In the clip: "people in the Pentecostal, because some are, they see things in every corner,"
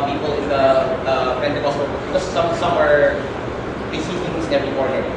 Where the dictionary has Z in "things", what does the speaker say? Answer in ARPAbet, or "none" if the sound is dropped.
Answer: none